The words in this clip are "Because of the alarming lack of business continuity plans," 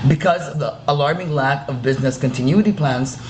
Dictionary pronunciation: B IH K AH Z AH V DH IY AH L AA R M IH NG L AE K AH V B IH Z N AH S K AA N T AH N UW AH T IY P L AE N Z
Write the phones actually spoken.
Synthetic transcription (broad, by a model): B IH K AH Z AH V DH IY AH L AA R M IH NG L AE K AH V B IH Z N AH S K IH N T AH N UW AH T IY P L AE N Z